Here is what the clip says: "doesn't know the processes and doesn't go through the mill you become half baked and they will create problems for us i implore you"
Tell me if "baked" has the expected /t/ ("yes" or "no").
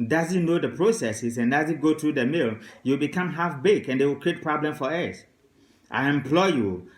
no